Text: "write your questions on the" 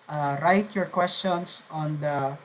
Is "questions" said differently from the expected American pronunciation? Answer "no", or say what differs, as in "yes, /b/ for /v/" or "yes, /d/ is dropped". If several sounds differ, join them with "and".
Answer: yes, /s/ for /z/